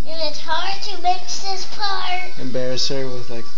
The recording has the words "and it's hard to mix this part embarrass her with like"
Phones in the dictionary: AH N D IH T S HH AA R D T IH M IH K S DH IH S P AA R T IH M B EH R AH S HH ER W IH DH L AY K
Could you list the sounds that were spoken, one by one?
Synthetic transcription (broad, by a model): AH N IH T S HH AA R D T IH M IH K S DH IH S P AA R IH M B EH R AH S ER W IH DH L AY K